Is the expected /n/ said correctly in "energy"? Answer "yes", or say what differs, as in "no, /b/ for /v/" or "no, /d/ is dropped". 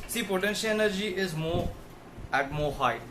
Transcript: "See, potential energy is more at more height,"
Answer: yes